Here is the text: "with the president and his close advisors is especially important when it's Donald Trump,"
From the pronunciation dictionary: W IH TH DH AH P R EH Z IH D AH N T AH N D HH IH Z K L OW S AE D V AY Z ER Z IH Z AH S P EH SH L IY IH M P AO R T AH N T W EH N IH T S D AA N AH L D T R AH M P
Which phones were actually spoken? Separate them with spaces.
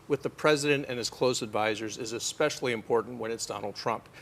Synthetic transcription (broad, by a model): W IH DH AH P R EH Z IH D AH N T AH N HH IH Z K L OW S AE D V AY Z ER Z IH Z AH S P EH SH L IY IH M P AO R T N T W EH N IH T S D AA N L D T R AH M P